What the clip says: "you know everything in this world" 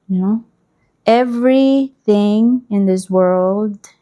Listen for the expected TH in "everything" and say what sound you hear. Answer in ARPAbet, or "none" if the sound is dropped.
TH